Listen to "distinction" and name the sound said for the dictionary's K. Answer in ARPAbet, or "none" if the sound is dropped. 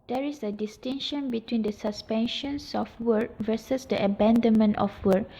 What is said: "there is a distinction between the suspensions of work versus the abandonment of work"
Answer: none